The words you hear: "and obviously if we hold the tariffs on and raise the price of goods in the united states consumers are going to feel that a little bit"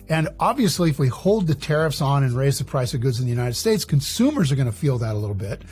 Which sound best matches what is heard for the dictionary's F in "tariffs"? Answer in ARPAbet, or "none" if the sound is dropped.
F